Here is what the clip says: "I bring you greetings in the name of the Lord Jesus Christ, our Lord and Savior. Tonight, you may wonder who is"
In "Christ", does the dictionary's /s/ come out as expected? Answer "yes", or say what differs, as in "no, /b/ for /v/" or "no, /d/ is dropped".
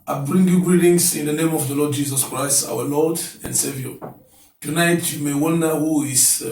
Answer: yes